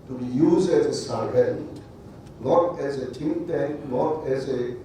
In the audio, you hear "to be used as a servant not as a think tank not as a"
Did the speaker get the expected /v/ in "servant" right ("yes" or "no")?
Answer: no